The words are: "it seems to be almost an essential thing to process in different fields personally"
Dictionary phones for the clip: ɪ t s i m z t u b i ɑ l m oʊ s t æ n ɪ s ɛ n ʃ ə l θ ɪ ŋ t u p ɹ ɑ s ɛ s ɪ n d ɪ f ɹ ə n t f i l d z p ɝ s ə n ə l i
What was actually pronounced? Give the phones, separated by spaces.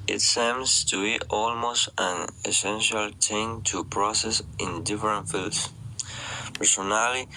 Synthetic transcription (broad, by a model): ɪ t s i m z t u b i ɑ l m oʊ s t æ n ɪ s ɛ n ʃ ə l t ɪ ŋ t u p ɹ ɑ s ɛ s ɪ n d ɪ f ɹ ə n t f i l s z p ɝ s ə n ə l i